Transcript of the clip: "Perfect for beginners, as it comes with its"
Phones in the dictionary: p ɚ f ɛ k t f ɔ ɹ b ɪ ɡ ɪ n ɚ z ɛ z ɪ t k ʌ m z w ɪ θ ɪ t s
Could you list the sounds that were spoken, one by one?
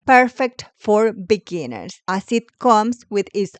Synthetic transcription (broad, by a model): p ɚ f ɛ k t f ɔ ɹ b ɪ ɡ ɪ n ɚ s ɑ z ɪ t k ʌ m s w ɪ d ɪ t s